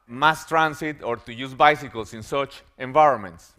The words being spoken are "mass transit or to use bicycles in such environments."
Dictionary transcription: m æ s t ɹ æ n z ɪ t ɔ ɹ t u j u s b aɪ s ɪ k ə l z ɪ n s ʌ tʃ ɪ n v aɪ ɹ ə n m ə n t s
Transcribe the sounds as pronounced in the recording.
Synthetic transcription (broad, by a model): m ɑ s t ɹ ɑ n s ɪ t ɔ ɹ t u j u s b aɪ s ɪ k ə l s ɪ n s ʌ tʃ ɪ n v aɪ ɹ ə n m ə n t s